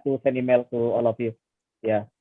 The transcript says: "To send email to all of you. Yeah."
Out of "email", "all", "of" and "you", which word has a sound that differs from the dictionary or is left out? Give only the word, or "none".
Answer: of